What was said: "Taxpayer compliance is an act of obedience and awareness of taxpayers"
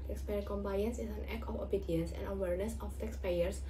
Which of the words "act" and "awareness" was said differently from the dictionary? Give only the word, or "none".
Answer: act